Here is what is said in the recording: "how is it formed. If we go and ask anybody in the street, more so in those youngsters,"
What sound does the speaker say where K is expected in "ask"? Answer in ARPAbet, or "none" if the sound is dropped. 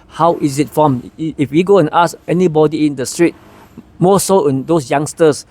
none